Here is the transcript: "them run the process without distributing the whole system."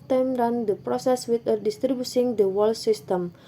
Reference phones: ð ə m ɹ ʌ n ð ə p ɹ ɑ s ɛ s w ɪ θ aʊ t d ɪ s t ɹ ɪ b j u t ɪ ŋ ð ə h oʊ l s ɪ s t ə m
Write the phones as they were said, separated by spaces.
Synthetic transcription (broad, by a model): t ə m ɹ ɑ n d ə p ɹ ɑ s ɛ s w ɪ t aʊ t d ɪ s t ɹ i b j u s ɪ ŋ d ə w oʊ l s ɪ s t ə m